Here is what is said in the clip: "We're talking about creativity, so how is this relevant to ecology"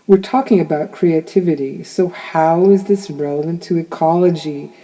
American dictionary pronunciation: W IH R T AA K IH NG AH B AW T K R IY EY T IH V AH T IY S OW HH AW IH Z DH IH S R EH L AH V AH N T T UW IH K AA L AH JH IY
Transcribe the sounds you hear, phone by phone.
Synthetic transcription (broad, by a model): W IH R T AA K IH NG AH B AW T K R IY EY T IH V AH T IY S OW HH AW IH Z DH IH S R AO AH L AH N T T UW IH K AA L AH JH IY